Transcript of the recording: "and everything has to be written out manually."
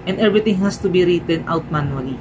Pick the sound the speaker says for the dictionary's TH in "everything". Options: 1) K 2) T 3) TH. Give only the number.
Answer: 2